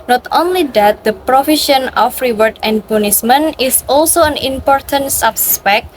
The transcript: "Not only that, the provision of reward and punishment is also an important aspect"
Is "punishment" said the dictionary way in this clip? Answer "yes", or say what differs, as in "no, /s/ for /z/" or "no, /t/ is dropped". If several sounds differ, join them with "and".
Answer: no, /s/ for /ʃ/ and /t/ is dropped